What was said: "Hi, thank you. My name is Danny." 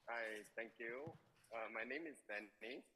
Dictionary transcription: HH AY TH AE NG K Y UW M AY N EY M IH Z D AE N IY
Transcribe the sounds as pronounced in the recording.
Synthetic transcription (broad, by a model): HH AY T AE NG K Y UW M AY N EY M IH Z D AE N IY